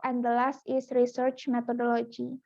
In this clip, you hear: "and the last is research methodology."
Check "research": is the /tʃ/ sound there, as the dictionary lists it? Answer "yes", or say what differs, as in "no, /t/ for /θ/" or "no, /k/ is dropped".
yes